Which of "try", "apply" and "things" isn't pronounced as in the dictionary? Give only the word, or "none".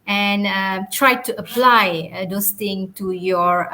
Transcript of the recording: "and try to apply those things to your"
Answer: things